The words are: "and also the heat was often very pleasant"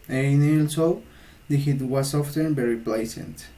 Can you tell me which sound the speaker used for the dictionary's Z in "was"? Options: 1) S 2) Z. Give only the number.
1